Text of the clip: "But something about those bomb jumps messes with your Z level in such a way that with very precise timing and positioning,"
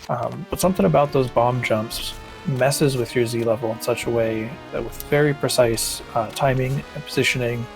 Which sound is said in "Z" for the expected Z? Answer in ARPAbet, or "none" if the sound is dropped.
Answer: Z